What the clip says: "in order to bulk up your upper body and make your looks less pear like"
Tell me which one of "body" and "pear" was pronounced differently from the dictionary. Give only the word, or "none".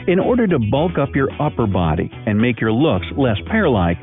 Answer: none